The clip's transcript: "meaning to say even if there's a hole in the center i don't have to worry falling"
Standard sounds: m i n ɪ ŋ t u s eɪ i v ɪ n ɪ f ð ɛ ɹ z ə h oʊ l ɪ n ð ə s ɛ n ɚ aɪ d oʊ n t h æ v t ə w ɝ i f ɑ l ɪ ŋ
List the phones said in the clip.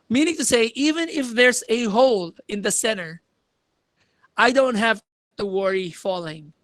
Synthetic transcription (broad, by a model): m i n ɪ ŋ t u s eɪ i v ɪ n ɪ f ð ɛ ɹ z ə h oʊ l ɪ n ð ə s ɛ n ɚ aɪ d oʊ n t h æ v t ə w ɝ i f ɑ l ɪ ŋ